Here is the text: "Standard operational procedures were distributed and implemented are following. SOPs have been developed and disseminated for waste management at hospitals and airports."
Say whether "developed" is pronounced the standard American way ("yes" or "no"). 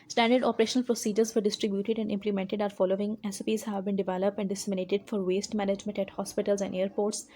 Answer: yes